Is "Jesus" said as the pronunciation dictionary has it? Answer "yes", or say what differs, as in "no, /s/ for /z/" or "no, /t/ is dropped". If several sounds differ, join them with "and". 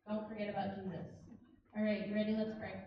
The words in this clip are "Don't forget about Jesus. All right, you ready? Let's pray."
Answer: yes